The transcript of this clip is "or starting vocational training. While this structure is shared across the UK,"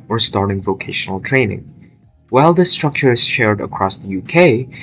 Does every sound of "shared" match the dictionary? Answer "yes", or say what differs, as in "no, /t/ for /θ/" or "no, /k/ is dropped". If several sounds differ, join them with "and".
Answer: yes